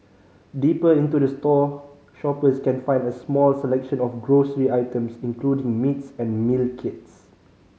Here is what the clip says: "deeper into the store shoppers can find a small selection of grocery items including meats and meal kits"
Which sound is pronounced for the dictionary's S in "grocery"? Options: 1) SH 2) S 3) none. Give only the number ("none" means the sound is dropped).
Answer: 2